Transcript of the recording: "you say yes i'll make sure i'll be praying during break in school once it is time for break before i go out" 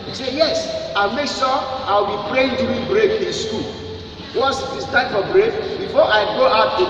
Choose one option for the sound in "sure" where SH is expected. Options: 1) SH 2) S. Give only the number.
2